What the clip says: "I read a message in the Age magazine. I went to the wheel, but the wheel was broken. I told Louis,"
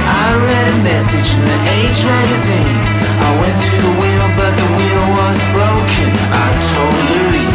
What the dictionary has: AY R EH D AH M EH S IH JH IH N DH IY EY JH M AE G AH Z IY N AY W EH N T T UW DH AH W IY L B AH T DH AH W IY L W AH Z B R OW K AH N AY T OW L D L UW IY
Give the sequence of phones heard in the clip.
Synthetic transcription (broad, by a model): AY R EH D AH M EH S IH JH IH N DH IY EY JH M AE G AH Z IY N AY W EH N T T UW DH AH W IY L B AH T DH AH W IY L W AH Z B R OW K AH N AY T OW L D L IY